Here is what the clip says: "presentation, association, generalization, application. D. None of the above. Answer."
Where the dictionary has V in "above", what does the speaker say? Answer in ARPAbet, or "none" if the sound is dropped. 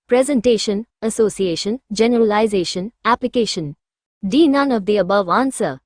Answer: V